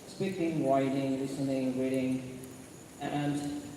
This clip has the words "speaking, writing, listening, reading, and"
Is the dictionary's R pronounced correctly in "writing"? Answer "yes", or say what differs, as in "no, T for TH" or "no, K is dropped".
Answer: no, W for R